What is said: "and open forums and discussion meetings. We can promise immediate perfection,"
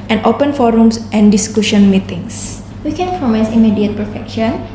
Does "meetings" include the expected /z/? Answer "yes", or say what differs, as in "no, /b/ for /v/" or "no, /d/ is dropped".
no, /s/ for /z/